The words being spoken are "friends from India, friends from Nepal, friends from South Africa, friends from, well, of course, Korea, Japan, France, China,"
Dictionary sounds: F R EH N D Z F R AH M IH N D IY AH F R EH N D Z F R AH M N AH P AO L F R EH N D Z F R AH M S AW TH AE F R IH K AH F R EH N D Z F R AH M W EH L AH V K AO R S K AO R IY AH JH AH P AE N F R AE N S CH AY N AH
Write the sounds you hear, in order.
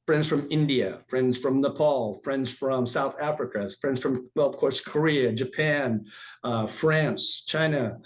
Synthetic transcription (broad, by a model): F R EH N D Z F R AH M IH N D IY AH F R EH N D Z F R AH M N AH P AO L F R EH N D Z F R AH M S AW TH AE F R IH K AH F R EH N D Z F R AH M W EH L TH K AO R S K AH R IY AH JH AH P AE N F R AE N S CH AY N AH